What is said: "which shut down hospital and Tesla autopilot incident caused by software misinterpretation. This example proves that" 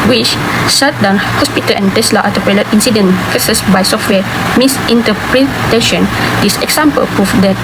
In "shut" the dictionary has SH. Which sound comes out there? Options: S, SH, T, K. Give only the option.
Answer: S